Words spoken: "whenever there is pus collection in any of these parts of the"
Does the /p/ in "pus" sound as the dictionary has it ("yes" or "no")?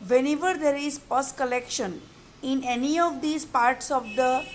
yes